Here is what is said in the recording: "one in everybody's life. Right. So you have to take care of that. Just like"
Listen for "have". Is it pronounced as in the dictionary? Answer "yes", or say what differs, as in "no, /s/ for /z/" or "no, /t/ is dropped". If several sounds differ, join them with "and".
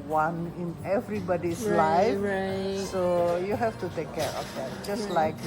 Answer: no, /f/ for /v/